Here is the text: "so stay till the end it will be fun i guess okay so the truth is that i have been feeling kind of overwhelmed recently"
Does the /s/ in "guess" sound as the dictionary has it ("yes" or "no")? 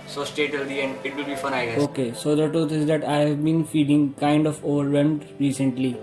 no